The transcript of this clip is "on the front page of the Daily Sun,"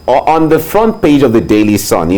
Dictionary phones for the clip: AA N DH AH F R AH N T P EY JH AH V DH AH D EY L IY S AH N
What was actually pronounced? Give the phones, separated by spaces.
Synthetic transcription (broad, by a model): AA N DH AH F R AH N T P EY JH AH V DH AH D EY L IY S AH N